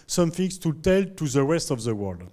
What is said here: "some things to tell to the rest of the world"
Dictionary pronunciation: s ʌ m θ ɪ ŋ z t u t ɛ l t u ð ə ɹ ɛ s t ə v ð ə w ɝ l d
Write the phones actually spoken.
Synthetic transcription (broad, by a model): s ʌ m f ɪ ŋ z t u t ɛ l t u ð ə w ɛ s t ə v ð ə w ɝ l d